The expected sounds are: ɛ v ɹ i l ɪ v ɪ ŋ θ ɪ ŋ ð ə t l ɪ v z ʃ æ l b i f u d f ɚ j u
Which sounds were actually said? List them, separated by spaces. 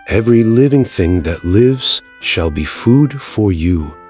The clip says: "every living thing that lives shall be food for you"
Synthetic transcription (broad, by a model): ɛ v ɹ i l ɪ v ɪ ŋ θ ɪ ŋ ð ə t l ɪ v z ʃ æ l b i f u d f ɚ j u